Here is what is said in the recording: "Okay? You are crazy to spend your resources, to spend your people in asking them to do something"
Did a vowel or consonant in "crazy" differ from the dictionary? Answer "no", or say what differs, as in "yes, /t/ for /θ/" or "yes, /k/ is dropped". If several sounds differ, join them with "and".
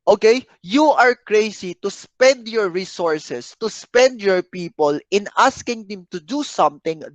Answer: yes, /s/ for /z/